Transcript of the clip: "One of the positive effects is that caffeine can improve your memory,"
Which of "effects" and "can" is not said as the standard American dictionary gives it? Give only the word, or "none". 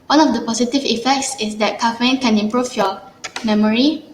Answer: none